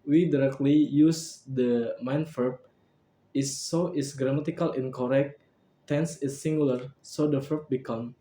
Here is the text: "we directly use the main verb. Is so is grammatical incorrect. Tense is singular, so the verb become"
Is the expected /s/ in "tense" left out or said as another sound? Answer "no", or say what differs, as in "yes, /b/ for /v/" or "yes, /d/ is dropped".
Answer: no